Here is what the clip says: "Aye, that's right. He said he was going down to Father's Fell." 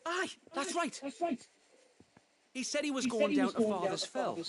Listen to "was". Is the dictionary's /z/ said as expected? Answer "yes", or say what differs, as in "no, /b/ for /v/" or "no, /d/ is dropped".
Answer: yes